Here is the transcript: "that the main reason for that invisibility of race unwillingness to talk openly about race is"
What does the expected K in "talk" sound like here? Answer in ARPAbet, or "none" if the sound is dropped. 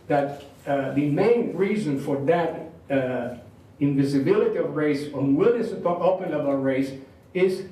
none